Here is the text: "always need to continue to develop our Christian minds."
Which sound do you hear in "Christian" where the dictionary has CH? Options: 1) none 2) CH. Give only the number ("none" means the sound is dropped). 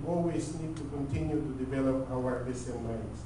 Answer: 1